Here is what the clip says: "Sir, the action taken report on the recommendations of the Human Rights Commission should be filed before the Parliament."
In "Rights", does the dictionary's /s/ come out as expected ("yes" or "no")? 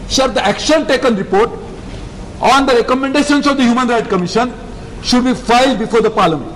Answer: no